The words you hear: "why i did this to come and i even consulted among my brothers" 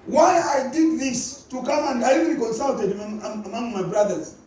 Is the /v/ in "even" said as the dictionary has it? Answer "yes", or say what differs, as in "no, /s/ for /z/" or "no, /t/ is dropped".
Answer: no, /b/ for /v/